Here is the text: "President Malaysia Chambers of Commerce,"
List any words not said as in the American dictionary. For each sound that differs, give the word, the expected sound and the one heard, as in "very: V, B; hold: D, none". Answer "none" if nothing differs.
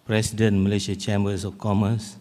malaysia: ZH, SH; chambers: Z, S; of: V, F